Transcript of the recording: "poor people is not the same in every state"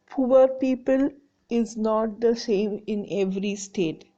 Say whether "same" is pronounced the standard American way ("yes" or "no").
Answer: yes